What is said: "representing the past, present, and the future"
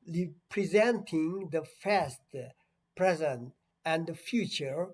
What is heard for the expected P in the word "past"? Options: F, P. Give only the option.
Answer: F